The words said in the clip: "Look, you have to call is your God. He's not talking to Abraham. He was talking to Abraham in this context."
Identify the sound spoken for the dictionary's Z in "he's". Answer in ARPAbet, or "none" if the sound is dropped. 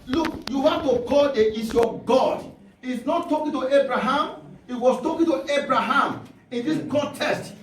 S